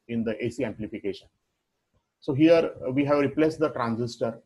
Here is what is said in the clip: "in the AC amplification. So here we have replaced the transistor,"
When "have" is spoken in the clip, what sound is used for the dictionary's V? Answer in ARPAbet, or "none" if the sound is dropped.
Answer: V